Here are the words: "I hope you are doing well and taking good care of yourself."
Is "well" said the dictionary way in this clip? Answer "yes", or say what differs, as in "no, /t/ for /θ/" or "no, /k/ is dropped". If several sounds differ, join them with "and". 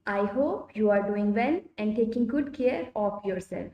no, /n/ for /l/